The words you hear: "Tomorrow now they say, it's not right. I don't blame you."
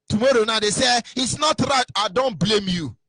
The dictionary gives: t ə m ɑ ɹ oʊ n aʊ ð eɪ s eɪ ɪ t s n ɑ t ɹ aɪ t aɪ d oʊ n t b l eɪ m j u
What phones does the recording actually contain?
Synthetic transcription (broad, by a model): t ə m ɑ ɹ oʊ n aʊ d eɪ s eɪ ɪ t s n ɑ t ɹ aɪ t aɪ d oʊ n t b l eɪ m j u